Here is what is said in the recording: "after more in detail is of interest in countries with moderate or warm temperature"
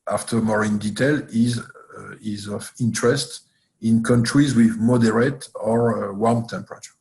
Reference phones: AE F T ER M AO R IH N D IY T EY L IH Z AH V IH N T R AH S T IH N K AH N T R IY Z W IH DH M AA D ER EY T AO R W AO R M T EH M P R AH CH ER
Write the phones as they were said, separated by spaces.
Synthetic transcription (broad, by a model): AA F T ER M AO R IH N D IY T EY L IH Z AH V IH N T R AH S T IH N K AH N T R IY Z W IH DH M AA D ER EY T AO R W AO R M T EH M P R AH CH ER